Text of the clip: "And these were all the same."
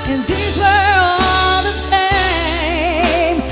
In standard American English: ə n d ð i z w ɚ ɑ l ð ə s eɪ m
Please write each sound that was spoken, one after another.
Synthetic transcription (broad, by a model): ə n ð i z w ɚ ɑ l ð ə s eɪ m